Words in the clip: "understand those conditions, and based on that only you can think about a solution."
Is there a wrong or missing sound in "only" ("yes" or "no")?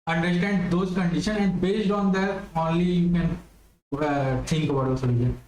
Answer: no